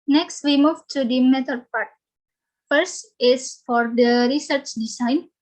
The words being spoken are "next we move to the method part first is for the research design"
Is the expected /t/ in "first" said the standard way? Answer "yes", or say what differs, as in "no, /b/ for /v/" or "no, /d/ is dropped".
yes